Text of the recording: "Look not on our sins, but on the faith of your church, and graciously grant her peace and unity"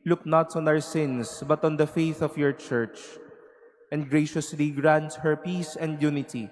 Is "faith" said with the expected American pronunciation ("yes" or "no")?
yes